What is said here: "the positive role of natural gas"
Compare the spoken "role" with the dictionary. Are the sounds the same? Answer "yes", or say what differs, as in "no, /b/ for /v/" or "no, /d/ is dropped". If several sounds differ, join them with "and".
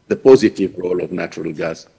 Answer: yes